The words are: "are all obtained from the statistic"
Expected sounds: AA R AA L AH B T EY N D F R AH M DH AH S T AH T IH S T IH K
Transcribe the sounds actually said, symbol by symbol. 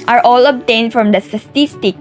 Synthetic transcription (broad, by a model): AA R AA L AH B T EY N D F R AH M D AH S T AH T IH S T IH K